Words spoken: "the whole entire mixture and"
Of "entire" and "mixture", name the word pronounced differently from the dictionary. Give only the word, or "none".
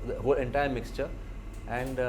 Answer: none